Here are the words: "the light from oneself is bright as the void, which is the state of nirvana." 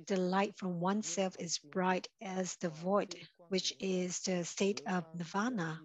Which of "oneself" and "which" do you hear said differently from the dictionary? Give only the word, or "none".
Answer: none